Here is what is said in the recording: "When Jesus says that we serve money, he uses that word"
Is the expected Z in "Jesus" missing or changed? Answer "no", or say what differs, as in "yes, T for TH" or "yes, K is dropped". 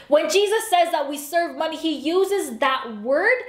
no